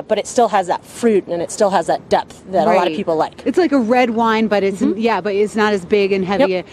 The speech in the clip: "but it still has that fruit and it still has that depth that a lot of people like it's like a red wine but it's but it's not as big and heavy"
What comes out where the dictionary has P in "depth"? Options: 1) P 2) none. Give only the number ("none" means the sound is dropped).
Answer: 1